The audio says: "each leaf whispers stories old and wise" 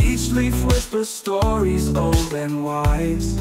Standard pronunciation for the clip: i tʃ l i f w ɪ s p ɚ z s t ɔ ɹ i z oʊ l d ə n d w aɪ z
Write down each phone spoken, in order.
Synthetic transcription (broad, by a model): i tʃ l i f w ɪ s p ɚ s t ɔ ɹ i z oʊ l d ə n w aɪ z